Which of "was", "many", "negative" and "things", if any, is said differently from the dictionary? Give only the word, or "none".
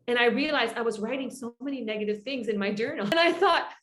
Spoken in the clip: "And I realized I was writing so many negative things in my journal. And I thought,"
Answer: none